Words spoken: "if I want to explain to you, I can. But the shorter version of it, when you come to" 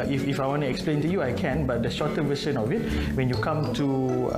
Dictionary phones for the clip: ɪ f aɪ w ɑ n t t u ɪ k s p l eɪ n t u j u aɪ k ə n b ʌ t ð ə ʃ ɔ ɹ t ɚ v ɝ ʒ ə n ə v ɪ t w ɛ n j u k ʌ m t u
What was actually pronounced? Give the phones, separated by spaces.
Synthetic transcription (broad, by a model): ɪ f aɪ w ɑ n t t u ɪ k s p l eɪ n t u j u aɪ k ə n b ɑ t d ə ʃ ɔ t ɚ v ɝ s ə n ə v ɪ t w ɛ n j u k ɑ m t u